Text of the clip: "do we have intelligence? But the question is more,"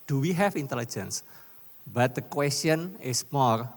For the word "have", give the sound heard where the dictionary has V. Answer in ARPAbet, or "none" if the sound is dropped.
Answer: F